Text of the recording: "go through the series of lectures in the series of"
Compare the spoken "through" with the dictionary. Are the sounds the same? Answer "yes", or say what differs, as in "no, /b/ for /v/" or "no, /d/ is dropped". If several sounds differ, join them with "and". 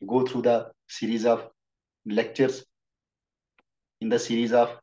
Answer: no, /t/ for /θ/